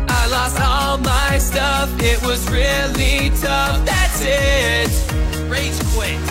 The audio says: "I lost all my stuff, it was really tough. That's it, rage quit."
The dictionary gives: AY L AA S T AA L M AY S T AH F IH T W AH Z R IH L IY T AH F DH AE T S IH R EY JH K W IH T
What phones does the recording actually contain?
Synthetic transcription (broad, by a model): AY L AA S T AA L M AY S T AH F IH T W AH Z R IH L IY T AH F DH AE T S IH R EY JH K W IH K